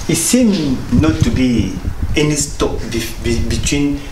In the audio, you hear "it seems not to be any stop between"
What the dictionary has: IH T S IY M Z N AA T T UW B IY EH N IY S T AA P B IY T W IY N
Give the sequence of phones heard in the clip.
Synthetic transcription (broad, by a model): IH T S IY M N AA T T UW B IY EH N IY S T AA B B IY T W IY N